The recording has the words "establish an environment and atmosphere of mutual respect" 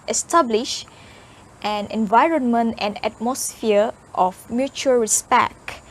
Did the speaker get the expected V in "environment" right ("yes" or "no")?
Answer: yes